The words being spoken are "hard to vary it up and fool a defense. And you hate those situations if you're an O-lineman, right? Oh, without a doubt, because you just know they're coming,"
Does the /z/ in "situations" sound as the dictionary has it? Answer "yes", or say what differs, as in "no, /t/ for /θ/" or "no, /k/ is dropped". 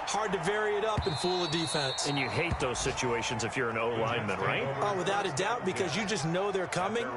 yes